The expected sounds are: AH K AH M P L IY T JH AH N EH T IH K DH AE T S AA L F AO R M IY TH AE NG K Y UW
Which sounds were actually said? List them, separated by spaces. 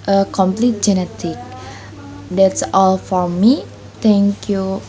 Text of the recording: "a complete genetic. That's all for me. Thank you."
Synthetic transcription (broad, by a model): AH K AH M P L IY T JH AH N EH T IH K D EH T S AA L F AO R M IY T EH NG K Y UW